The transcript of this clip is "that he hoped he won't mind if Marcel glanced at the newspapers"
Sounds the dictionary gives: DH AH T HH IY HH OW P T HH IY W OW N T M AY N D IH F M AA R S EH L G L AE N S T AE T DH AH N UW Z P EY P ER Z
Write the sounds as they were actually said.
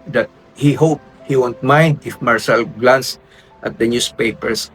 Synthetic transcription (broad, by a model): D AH T HH IY HH OW P HH IY W OW N T M AY N D IH F M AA R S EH L G L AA N S T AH T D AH N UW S P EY P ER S